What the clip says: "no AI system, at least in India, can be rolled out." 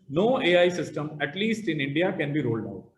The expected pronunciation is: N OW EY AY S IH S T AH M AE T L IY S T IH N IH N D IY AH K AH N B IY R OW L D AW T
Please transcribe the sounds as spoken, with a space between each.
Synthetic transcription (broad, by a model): N OW EY AY S IH S T AH M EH T L IY S T IH N IH N D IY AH K AH N B IY R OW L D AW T